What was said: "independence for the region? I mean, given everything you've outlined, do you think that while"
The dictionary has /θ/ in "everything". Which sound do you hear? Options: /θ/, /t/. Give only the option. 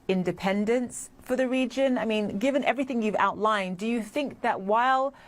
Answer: /θ/